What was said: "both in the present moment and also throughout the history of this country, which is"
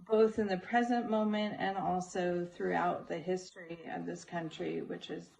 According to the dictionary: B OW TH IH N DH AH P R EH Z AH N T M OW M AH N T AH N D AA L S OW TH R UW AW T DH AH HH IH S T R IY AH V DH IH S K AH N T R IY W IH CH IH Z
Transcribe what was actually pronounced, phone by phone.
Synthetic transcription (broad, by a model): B OW TH IH N DH AH P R EH Z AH N M OW M AH N T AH N AA L S OW TH R UW AW T DH AH HH IH S T R IY AH V DH IH S K AH N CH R IY W IH CH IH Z